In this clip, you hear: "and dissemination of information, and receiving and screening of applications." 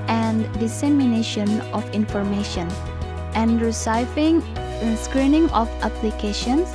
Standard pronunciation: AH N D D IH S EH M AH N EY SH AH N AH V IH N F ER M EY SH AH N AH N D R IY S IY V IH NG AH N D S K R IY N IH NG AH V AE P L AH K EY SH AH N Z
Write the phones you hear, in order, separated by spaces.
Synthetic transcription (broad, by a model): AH N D D IH S EH M AH N EY SH AH N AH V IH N F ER M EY SH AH N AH N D R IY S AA IH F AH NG S K R IY N IH NG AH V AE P L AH K EY SH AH N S